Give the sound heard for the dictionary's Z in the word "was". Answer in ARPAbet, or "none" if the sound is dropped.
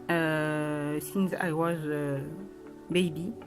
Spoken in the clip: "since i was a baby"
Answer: Z